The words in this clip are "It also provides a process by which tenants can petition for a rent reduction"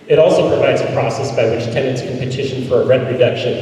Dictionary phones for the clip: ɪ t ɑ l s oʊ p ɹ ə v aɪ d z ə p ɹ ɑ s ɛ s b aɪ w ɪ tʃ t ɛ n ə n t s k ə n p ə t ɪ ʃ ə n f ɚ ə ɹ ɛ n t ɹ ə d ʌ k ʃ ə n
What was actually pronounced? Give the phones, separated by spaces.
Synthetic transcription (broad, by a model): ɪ t ɑ l s oʊ p ɹ ə v aɪ d z ə p ɹ ɑ s ɛ s b aɪ w ɪ tʃ t ɛ n ə n t s k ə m p ə t ɪ ʃ ə n f ɚ ə ɹ ɛ t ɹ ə d ʌ k ʃ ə n